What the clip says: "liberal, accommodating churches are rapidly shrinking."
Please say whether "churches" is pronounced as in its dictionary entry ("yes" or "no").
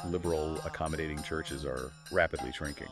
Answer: yes